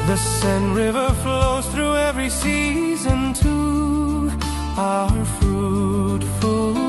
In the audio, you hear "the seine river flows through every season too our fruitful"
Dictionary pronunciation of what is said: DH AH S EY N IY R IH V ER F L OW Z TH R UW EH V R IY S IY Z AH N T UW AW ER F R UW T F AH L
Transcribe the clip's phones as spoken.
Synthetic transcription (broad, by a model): DH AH S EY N R IH V ER F L OW Z TH R UW EH V R IY S IY Z AH N T UW AW ER F R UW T F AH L